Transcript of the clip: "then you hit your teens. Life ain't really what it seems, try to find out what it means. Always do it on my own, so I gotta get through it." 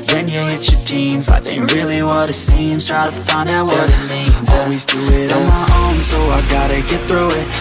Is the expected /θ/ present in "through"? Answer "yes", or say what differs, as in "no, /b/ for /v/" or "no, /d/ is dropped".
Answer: yes